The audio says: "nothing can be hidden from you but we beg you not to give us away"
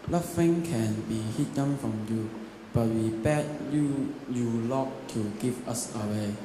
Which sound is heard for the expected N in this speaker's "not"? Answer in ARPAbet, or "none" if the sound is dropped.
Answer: L